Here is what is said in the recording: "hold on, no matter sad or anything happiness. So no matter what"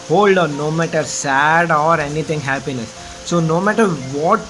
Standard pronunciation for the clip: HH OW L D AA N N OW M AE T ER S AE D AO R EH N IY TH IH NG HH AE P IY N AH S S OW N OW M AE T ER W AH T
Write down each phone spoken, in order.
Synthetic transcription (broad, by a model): HH OW L D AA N N OW M AE T ER S AE D AO R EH N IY T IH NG HH AE P IY N AH S S OW N OW M AE T ER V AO T